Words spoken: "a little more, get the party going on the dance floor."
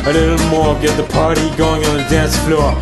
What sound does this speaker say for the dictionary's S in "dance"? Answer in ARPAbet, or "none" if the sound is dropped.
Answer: S